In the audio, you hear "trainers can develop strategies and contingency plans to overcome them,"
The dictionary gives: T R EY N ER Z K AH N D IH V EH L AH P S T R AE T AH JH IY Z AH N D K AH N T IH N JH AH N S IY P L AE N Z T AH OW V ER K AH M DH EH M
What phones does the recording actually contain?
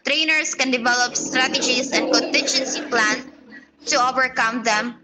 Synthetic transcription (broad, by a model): T R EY N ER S K AH N D IH V EH L AH P S T R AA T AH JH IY S AH N D K AH N T IH N JH AH N S IY P L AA N T AH OW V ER K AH M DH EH M